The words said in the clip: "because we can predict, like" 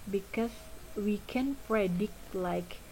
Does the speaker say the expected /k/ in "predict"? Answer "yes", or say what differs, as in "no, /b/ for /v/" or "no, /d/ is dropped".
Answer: yes